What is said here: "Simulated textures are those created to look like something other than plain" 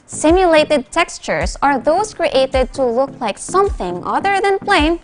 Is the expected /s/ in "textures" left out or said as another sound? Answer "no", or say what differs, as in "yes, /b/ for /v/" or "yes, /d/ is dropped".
no